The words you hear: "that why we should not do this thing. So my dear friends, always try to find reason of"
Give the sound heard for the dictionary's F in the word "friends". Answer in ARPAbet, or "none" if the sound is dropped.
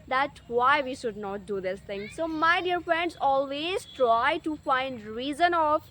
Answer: F